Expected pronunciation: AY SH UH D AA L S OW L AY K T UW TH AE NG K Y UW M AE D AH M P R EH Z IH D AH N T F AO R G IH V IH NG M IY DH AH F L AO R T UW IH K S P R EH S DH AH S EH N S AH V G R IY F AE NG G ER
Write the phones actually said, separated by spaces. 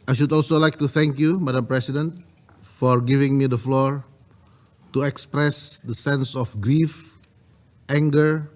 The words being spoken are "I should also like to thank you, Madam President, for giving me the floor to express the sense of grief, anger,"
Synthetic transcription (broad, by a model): AY SH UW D AA L S OW L AY K T UW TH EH NG K Y UW M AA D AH M P R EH S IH D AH N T F AO R G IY V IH NG M IY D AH F L AO R T UW IH K S P R EH S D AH S EH N S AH F G R IY F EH NG G ER